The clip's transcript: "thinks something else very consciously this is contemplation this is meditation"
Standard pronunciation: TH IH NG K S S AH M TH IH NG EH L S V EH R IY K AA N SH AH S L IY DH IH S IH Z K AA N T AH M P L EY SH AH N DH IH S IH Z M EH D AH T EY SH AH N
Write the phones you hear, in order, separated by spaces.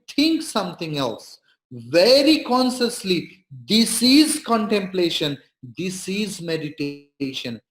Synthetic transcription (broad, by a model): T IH NG K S S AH M T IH NG EH L S V EH R IY K AA N SH AH S L IY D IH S IH Z K AA N T AH M P L EY SH AH N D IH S IH Z M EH D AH T EY SH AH N